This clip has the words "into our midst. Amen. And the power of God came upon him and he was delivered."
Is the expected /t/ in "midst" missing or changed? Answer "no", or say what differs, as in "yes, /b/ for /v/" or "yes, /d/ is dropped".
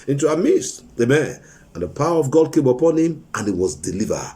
yes, /t/ is dropped